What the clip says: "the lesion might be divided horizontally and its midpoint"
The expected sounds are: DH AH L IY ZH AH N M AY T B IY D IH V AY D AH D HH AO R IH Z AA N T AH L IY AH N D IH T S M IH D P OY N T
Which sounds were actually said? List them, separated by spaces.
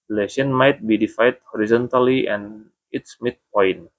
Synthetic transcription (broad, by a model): L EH S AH N M AY T B IY D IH F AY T HH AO R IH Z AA N T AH L IY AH N IH T S M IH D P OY N